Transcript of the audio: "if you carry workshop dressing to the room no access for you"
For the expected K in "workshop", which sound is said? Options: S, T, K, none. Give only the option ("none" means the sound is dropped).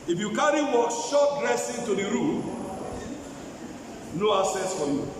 none